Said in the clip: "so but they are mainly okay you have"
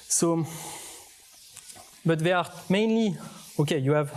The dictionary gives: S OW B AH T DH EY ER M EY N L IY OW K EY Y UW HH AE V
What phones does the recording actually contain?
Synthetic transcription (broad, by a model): S OW B AH T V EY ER M EY N L IY OW K EY Y UW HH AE V